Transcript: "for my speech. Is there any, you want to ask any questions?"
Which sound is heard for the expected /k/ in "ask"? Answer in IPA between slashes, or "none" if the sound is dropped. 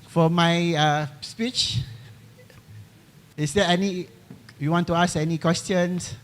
none